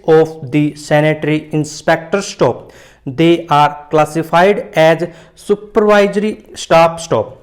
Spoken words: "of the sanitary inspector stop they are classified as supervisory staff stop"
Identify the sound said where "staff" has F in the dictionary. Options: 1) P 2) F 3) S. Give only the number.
1